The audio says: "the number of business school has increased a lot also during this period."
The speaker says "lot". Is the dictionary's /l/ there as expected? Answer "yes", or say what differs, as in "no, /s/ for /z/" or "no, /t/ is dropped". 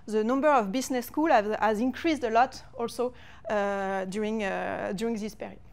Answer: yes